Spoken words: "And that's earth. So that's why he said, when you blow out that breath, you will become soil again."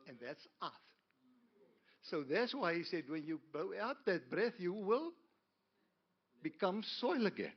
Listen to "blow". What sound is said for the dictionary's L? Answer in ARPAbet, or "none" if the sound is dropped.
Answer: none